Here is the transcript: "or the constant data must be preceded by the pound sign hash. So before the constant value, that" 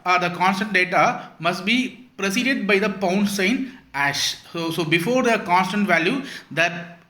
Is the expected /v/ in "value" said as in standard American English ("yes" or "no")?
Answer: yes